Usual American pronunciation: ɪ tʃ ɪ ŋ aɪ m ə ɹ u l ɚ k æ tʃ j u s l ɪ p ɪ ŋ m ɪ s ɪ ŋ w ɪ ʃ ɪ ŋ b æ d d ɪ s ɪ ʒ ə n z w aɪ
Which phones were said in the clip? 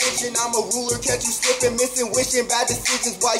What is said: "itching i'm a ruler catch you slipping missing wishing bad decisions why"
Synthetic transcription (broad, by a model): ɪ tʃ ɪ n aɪ m ə ɹ u l ɚ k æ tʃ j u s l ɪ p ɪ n m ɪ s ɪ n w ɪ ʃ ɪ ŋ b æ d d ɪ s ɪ z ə z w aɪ